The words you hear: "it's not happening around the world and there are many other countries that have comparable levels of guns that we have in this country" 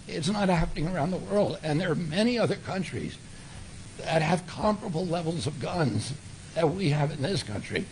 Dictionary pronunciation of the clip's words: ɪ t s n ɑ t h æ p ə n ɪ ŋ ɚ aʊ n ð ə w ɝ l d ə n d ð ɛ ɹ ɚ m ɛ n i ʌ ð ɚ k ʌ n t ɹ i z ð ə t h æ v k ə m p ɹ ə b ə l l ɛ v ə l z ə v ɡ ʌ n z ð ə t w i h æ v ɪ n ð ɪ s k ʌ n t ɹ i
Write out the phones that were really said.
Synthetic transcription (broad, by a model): ɪ t s n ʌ t h æ p ə n ɪ ŋ ɚ aʊ n ð ə w ɝ l d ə n ð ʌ ɹ m ɛ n i ʌ ð ɚ k ʌ n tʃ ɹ i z ð ə t h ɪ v k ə m p ɹ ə b l l ɛ v l z ə v ɡ ʌ n z ð ə t w i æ v ɪ n ð ɪ s k ʌ n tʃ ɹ i